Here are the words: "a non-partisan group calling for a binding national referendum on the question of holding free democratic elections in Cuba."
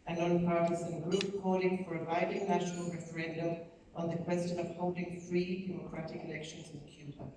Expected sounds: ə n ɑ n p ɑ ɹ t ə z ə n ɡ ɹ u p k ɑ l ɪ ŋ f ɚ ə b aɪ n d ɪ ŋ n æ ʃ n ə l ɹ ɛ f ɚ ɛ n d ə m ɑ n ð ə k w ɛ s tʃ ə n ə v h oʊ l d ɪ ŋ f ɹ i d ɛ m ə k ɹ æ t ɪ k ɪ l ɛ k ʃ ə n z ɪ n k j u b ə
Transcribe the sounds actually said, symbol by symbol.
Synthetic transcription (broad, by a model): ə n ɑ n p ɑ ɹ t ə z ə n ɡ ɹ u p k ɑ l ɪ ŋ f ɚ ə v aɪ d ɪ ŋ n æ ʃ n ə l ɹ ɛ f ɚ ɛ n d ə m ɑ n ð ə k w ɛ s tʃ ə n ə v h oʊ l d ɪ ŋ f ɹ i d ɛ m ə k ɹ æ t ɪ k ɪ l ɛ k ʃ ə n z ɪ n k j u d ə